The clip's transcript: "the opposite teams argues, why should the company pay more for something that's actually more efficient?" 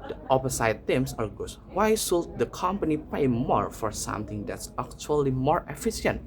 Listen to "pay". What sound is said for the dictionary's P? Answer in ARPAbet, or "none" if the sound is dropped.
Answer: P